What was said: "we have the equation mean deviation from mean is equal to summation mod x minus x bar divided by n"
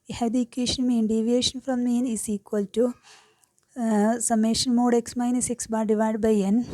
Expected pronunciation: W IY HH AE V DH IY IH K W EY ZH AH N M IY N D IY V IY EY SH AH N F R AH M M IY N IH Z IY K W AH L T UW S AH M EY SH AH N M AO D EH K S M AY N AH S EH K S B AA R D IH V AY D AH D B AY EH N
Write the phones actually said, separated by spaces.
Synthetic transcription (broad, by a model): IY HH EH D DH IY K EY SH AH N M IY N D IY V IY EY SH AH N F R AH M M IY N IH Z IY K W AH L T UW S AH M EY SH AH N M AO D EH K S M AY N AH S EH K S B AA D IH V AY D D B AY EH N